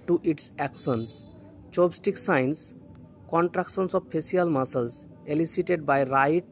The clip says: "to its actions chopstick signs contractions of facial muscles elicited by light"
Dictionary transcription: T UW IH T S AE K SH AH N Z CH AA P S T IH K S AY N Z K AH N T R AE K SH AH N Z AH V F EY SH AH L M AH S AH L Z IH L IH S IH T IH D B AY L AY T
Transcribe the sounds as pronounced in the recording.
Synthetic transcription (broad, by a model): T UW IH T S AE K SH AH N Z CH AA B S T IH K S AY N S K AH N T R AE K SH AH N S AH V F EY S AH L M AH S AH L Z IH L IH S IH T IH D B AY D AY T